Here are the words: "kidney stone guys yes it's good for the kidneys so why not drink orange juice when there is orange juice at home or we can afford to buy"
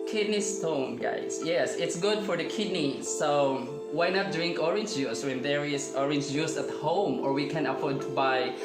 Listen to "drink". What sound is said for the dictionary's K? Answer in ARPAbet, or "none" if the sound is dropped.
K